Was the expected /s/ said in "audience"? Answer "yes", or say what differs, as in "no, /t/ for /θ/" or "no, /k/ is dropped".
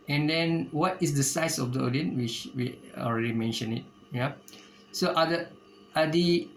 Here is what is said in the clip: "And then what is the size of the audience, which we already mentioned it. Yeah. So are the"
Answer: no, /s/ is dropped